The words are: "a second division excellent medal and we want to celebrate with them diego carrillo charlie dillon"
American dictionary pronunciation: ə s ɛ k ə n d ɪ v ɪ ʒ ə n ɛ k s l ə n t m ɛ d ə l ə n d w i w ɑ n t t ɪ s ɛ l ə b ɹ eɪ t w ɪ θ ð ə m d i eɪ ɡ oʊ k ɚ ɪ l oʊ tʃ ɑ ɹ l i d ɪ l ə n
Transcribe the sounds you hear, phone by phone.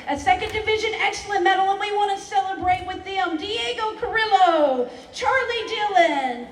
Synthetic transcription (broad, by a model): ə s ɛ k ə n d ɪ v ɪ ʒ ə n ɛ k s l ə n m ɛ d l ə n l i w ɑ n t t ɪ s ɛ l ə b ɹ eɪ t w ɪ ð ə m d i eɪ ɡ oʊ k ɚ ɪ l oʊ tʃ ɑ ɹ l i d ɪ l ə n